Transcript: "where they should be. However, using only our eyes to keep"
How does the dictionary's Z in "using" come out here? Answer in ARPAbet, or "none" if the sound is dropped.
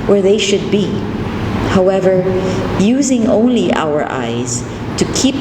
Z